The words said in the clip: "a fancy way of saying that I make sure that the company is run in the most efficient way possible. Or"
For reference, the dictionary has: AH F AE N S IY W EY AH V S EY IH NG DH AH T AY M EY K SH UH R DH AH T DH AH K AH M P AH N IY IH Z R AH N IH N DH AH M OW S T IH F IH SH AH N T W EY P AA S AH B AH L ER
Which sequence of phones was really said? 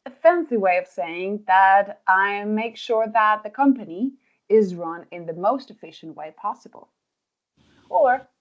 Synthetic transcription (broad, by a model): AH F AE N S IY W EY AH V S EY IH NG DH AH T AY M EY K SH UH R DH AH T DH AH K AH M P AH N IY IH Z R AH N IH N DH AH M OW S T IH F IH SH AH N T W EY P AA S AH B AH L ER